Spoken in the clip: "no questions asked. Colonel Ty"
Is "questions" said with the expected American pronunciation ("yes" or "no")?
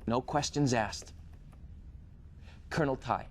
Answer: yes